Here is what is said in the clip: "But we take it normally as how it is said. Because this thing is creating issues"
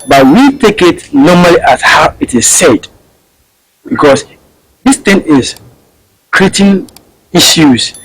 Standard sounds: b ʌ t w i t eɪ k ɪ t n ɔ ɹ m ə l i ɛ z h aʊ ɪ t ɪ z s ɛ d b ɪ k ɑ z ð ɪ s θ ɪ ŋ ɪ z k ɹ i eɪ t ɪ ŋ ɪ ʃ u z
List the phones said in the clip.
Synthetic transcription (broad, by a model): b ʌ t w i t eɪ k ɪ t n ɔ m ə l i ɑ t h aʊ ɪ t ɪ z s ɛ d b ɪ k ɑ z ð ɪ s t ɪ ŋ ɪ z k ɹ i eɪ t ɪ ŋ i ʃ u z